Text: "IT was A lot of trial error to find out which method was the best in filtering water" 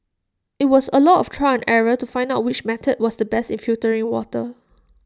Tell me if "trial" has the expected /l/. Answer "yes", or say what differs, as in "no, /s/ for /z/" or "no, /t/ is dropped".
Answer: no, /n/ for /l/